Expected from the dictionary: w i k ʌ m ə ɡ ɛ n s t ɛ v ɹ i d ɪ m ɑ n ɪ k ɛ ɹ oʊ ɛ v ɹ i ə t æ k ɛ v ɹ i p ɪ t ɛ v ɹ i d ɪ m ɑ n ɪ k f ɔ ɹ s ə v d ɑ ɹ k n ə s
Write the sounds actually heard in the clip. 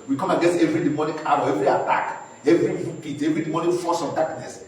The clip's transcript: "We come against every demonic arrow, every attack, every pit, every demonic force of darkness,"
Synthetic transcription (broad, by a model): w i k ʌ m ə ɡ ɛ s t ɛ v ɹ i d ɪ m ɑ n ɪ k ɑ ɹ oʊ ɛ v ɹ i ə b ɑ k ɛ v ɹ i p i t ɛ v ɹ i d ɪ m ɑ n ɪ f ɔ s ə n d ɑ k n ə s